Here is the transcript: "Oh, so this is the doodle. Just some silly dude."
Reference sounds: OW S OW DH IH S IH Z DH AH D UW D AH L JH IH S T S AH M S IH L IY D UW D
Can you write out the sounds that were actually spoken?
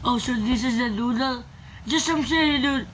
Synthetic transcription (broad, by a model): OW S OW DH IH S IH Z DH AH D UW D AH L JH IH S S AH M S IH IY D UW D